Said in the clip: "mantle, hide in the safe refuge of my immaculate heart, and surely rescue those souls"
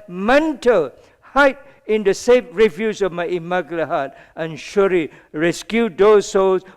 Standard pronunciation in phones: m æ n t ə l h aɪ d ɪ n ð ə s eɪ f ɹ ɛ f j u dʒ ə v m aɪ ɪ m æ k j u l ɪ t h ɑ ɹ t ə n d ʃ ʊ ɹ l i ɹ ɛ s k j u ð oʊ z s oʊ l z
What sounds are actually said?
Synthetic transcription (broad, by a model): m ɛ n t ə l h aɪ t ɪ n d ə s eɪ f ɹ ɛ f j u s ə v m aɪ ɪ m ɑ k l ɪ h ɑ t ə n ʃ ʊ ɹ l i ɹ ɛ s k j u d oʊ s oʊ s